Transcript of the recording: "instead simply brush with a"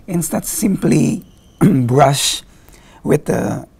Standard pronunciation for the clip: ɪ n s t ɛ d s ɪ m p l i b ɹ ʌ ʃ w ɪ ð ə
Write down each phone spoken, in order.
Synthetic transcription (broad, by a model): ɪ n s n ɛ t s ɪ m p l i b ɹ ʌ ʃ w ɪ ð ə